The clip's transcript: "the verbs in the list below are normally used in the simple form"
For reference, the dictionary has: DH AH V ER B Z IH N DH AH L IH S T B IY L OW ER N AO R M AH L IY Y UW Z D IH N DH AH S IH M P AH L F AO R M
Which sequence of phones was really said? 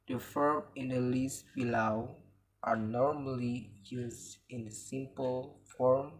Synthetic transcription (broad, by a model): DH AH F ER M IH N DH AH L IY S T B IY L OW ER N AO R M AH L IY Y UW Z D IH N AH S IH M P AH L F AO R M